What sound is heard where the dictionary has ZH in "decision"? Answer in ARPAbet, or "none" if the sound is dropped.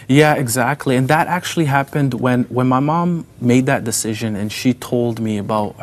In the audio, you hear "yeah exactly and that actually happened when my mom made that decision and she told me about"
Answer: ZH